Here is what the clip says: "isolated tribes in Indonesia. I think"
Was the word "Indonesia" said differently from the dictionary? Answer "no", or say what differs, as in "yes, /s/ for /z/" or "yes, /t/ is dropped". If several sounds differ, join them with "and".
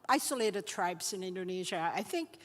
no